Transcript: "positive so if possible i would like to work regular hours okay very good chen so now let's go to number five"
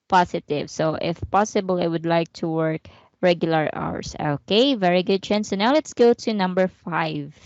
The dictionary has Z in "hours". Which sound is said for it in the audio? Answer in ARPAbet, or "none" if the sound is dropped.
S